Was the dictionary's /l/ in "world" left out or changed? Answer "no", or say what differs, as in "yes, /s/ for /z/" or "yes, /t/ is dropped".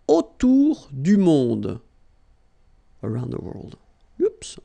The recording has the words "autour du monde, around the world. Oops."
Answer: no